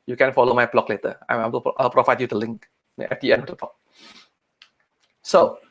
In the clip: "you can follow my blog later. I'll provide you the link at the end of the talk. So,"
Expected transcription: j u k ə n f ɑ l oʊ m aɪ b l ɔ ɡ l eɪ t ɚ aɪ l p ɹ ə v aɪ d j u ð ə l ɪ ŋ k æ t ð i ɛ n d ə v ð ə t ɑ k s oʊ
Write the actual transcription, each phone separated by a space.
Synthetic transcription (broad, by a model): j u k ə n f ɑ l oʊ m aɪ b l ɔ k l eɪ t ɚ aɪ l p ɹ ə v aɪ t j u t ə l ɪ ŋ k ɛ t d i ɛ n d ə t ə t ɑ k s oʊ